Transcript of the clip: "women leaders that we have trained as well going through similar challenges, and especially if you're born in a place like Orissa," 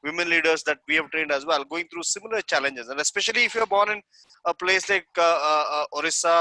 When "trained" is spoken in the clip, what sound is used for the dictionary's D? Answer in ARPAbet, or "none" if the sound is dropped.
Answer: D